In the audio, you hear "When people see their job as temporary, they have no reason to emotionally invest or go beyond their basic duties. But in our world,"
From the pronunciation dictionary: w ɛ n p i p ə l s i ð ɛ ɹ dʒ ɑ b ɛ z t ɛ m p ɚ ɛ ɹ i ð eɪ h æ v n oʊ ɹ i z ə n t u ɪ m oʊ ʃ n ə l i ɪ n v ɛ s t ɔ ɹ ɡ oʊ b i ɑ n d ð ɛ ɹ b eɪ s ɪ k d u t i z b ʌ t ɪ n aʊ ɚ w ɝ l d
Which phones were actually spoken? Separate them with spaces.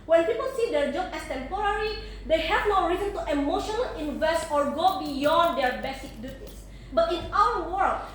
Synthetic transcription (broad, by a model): w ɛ n p i p ə l s i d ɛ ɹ dʒ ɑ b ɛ s t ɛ m p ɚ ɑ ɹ i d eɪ h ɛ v n oʊ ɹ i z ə n t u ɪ m oʊ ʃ n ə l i ɪ n v ɛ s t ɔ ɹ ɡ oʊ b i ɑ n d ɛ ɹ b eɪ s ɪ k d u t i s b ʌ t ɪ n aʊ ɚ w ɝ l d